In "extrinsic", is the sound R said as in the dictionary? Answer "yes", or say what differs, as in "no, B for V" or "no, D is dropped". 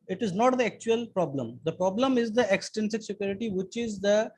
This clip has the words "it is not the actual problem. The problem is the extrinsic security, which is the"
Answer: no, R is dropped